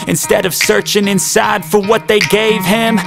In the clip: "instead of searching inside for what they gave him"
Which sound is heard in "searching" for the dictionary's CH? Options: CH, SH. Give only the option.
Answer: CH